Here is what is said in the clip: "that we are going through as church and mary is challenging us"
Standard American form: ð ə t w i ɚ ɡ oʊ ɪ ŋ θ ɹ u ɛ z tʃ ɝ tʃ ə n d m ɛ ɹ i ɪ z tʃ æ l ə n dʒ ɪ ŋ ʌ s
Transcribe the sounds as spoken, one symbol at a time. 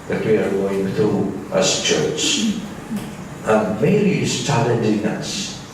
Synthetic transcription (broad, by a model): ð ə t w i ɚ ɡ oʊ ɪ ŋ θ ɹ u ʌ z tʃ ɝ tʃ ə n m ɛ i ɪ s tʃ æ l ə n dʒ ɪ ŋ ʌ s